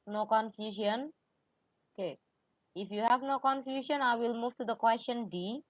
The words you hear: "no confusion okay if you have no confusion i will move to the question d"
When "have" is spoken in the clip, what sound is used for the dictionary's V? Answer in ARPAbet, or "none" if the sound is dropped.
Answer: V